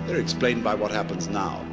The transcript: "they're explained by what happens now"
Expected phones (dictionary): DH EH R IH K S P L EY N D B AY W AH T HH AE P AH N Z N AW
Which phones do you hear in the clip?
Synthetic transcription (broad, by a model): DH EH R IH K S P L EY N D B AY W AH T HH AE P AH N Z N AW